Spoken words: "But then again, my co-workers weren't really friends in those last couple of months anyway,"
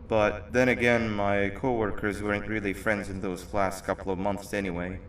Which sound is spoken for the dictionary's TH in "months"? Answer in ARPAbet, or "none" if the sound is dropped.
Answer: TH